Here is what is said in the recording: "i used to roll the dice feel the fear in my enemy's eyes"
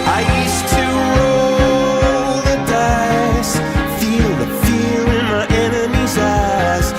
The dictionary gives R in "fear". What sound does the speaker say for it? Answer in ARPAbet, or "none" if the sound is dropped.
L